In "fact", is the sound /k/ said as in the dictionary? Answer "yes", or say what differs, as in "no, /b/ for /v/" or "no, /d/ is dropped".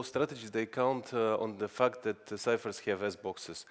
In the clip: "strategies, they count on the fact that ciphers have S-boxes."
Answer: yes